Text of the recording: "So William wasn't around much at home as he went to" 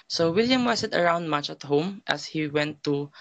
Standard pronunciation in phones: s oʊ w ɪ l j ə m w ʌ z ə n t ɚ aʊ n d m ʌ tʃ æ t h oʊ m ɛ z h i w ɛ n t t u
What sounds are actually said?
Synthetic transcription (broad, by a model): s oʊ w ɪ l j ə m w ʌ s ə t ɚ aʊ n d m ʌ tʃ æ t h oʊ m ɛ s h i w ɛ n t t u